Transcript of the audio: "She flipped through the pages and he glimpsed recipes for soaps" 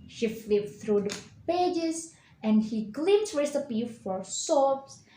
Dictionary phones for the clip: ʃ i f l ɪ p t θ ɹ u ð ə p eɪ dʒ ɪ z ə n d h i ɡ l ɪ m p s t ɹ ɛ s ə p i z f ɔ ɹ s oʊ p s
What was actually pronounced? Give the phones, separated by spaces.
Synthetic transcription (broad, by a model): ʃ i f l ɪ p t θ ɹ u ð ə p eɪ dʒ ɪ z ə n d h i ɡ l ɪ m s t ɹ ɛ s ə p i f ɔ ɹ s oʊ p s